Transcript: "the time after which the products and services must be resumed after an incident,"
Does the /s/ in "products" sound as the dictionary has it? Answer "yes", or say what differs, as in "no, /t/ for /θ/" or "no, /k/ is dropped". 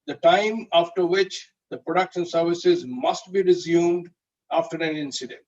no, /ʃ/ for /s/